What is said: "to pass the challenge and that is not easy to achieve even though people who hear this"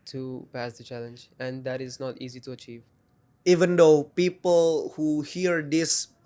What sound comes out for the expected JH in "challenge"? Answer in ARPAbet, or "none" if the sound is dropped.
JH